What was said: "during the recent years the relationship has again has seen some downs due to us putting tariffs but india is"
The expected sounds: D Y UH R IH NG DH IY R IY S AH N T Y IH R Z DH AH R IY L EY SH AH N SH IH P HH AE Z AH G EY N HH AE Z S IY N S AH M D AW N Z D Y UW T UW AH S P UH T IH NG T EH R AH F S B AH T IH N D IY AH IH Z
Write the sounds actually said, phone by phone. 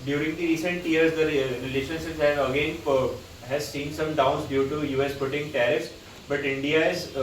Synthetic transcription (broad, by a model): D Y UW R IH NG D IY R IY S AH N T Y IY R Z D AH R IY L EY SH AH N S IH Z HH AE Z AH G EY N HH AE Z S IY N S AH M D AW N S D Y UW T UW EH S P UH T IH NG T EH R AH S B AH T IH N D IY AH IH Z